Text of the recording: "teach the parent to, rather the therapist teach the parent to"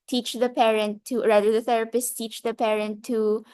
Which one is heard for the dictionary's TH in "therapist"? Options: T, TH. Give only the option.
TH